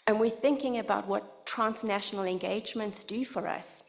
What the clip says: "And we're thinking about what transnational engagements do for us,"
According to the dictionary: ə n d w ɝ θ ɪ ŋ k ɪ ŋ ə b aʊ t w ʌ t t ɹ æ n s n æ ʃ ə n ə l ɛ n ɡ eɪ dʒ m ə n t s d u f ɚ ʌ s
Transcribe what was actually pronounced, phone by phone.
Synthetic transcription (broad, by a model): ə n w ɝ θ ɪ ŋ k ɪ ŋ ə b aʊ t w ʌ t t ɹ æ n s n æ ʃ ə n ə l ɛ n ɡ eɪ dʒ m ə n t s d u f ɚ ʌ s